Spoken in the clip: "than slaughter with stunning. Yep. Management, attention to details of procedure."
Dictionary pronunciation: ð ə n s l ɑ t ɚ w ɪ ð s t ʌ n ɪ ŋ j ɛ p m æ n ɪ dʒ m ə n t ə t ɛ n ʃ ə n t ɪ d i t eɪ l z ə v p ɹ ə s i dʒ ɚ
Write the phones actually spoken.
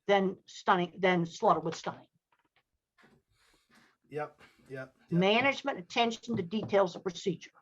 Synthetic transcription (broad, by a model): ð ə n s l ɑ t ɚ w ɪ ð s t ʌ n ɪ ŋ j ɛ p m æ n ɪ dʒ m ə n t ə t ɛ n ʃ n t ɪ d i t eɪ l z ə v p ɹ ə s i dʒ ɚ